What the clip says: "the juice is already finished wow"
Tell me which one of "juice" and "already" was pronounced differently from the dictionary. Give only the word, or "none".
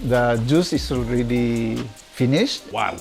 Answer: none